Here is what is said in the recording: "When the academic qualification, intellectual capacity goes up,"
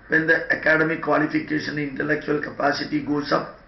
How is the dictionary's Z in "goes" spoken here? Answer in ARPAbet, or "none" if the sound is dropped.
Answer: S